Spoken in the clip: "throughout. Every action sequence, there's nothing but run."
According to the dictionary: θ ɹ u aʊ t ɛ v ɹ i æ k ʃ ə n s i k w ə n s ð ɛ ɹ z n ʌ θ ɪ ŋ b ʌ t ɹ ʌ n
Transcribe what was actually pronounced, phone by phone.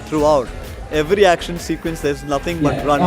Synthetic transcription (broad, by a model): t ɹ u aʊ t ɛ v ɹ i æ k ʃ ə n s i k w ə n s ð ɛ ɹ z n ʌ t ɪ ŋ b ʌ t ɹ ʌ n